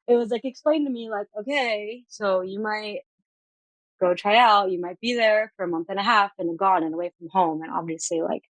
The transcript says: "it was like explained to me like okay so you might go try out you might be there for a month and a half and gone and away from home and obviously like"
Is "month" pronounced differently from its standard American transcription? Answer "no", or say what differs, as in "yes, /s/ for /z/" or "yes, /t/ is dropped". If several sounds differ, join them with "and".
no